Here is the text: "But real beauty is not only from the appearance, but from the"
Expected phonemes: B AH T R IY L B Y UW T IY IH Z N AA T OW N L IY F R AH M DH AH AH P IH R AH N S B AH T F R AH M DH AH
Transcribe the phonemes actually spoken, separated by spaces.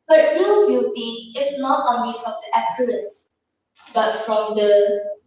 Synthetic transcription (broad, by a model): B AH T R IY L B Y UW T IY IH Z N AA T OW N L IY F R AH M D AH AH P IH L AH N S B AH T F R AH M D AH